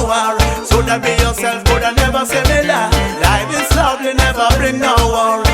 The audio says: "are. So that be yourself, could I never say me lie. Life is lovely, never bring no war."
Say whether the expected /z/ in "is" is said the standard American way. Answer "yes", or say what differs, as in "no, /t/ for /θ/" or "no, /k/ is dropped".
no, /s/ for /z/